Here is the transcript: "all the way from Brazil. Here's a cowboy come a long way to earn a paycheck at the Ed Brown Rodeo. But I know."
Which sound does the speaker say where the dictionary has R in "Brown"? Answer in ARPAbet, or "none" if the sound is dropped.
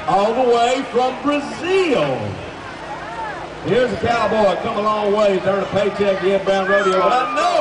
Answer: none